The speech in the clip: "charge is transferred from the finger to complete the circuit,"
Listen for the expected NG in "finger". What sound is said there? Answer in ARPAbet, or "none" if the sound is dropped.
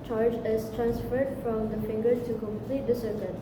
NG